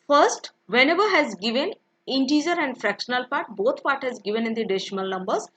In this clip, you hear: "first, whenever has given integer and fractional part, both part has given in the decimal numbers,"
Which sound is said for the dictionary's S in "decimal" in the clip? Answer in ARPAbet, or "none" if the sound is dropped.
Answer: SH